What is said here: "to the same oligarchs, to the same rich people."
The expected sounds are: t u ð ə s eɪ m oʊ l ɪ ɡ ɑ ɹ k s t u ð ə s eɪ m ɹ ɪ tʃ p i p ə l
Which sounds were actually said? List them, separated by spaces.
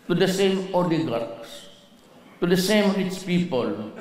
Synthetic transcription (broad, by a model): t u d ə s eɪ m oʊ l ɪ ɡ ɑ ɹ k s t u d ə s eɪ m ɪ s p i p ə l